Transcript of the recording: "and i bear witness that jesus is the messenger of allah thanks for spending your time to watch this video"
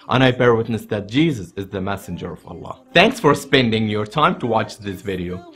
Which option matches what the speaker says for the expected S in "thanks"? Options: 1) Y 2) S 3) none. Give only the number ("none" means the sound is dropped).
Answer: 2